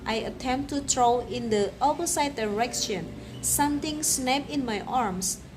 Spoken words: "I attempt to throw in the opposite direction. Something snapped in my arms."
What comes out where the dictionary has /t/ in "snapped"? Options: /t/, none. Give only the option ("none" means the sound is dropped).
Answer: none